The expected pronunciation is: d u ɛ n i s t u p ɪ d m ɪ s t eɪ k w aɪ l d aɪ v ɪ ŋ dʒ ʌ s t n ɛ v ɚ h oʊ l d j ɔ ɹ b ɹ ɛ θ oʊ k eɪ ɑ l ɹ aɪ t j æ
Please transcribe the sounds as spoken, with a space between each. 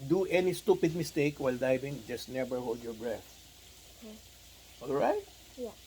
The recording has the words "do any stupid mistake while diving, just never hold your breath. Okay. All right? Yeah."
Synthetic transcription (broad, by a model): d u ɛ n i s t u p ɪ d m ɪ s t eɪ k w aɪ l d aɪ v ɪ ŋ dʒ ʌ s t n ɛ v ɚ h oʊ l d j ɔ ɹ b ɹ ɛ θ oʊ ɑ l ɹ aɪ t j